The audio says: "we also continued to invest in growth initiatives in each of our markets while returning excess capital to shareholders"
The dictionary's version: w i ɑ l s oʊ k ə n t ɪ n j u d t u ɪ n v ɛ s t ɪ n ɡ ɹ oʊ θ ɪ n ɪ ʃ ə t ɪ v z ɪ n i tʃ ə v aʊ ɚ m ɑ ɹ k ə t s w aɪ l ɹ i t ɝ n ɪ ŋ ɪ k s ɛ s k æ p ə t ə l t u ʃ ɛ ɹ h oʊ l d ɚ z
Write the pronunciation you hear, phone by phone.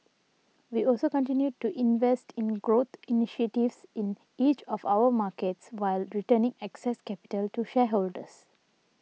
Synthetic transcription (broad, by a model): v i ɑ l s oʊ k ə n t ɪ n j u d t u ɪ n v ɛ s t ɪ n ɡ ɹ oʊ t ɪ n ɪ ʃ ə t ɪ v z ɪ n i tʃ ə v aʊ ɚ m ɑ k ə t s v aɪ l ɹ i t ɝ n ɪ ŋ ɪ k s ɛ s k æ p ə t ə l t u ʃ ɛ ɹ h oʊ l d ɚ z